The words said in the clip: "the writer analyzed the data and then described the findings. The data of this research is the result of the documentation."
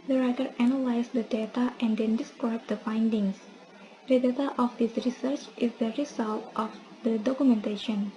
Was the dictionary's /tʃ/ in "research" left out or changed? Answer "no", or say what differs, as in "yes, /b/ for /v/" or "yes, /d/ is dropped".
no